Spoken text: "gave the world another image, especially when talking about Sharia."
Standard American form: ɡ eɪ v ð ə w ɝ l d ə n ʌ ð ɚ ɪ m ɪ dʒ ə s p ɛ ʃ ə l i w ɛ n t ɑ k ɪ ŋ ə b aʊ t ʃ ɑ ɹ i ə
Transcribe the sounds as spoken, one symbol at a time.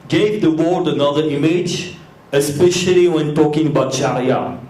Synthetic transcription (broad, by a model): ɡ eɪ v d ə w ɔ d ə n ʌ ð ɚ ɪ m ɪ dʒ ə s p ɛ ʃ ə l i w ɛ n t ɑ k ɪ ŋ ə b aʊ t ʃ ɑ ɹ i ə